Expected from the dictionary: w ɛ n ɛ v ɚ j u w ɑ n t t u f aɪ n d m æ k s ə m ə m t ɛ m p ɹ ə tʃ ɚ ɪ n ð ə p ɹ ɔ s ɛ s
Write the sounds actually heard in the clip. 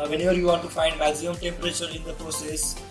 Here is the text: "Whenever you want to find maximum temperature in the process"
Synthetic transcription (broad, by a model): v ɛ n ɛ v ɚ j u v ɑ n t t u f aɪ n d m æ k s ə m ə m t ɛ m p ɹ ə tʃ ɚ ɪ n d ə p ɹ ɔ s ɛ s